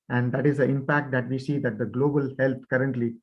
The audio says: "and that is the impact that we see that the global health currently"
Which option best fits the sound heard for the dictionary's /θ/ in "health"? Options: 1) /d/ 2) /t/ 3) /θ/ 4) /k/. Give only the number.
2